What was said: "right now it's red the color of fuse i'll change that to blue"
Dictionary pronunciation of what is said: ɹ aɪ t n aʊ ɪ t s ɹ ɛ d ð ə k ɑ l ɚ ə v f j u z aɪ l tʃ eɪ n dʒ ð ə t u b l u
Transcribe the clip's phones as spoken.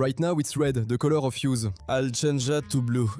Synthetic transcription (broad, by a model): aɪ t n aʊ ɪ t s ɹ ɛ d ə k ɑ l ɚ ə f j u z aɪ l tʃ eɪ n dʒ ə t u b l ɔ